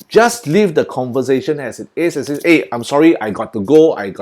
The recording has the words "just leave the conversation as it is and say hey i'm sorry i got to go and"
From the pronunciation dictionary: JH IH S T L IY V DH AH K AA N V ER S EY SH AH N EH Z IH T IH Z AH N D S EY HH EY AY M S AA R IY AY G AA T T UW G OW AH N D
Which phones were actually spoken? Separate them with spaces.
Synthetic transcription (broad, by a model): JH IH S T L IY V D AH K AA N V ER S EY SH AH N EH S IH T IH S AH S EY EY AY M S AA R IY AY G AA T T UW G OW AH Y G